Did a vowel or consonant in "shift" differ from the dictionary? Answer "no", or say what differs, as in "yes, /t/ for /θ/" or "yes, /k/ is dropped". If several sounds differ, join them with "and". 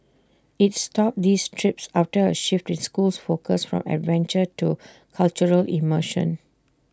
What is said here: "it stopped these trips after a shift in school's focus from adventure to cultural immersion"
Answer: no